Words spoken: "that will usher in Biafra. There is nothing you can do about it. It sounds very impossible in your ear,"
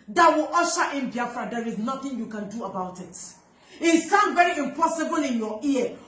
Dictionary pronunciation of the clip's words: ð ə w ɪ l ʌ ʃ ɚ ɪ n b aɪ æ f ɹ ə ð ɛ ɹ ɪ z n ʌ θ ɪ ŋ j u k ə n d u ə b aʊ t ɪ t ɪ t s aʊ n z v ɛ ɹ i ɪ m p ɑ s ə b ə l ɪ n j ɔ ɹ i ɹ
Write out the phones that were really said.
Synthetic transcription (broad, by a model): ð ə w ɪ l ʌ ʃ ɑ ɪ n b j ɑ f ɹ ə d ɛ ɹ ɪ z n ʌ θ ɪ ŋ j u k ə n d u ə b aʊ t ɪ t ɪ t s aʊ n v ɛ ɹ i ɪ m p ɑ s ə b ə l ɪ n j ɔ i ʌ